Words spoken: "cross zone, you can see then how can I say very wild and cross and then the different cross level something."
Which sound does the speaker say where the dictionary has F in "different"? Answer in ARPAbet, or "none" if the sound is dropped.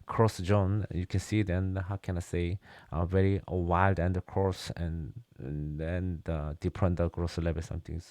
P